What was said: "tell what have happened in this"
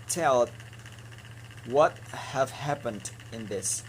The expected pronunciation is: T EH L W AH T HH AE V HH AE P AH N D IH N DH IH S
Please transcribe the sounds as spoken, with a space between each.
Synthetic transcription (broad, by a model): T EH L W AH T HH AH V HH AE P AH N D IH N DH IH S